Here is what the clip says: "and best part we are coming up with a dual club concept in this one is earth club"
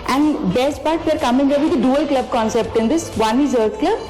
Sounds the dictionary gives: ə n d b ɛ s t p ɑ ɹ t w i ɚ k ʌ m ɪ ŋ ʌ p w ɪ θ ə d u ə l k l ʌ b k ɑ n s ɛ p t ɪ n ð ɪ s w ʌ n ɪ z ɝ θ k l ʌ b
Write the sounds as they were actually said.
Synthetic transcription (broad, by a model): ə n d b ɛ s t p ɑ ɹ t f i ɚ k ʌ m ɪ ŋ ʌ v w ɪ ə d u ə l k l ʌ b k ɑ n s ɛ p t ɪ n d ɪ s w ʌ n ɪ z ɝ t k l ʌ b